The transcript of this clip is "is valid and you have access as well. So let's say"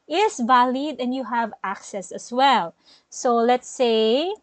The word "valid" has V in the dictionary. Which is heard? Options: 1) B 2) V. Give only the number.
2